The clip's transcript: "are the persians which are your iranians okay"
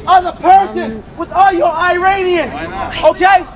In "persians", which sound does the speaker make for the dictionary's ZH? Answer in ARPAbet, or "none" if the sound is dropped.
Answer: S